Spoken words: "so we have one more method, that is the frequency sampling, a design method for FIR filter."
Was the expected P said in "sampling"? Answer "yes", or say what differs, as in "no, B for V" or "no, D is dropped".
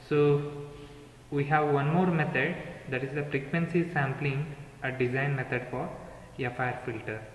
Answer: yes